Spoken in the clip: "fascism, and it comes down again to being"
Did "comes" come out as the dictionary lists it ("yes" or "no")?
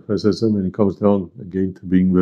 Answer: yes